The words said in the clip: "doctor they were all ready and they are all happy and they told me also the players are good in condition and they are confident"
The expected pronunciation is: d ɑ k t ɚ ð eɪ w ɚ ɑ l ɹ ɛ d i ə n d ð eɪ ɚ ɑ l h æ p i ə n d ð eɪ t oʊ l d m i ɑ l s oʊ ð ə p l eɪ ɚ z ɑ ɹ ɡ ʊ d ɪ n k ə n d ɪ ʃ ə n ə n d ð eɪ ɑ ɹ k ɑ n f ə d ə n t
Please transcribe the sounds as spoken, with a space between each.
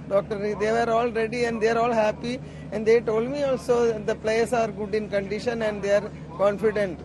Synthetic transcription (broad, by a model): d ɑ k t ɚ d eɪ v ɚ ɑ l ɹ ɛ d i ə n d eɪ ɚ ɑ l h æ p i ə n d eɪ t oʊ l d m i ɑ l s oʊ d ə p l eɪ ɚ s ɑ ɹ ɡ ʊ d ɪ n k ə n d ɪ ʃ ə n ə n d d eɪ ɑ ɹ k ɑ n f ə d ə n t